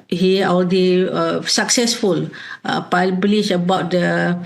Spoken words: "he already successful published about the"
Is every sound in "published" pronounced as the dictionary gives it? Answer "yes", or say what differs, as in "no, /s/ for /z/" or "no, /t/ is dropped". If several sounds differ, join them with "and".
no, /t/ is dropped